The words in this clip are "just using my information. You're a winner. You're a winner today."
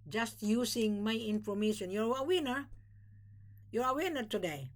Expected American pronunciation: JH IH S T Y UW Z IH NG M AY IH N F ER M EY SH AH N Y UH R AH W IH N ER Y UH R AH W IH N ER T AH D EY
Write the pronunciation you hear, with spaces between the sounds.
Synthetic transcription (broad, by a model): JH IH S T Y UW S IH NG M AY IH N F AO M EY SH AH N Y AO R AH W IH N ER Y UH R AH W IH N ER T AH D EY